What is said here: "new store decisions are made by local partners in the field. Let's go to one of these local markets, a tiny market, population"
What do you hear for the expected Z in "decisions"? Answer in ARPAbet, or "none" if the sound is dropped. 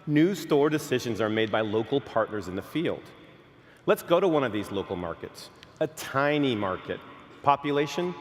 Z